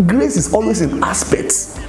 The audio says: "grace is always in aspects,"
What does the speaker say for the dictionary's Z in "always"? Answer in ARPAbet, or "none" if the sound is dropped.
S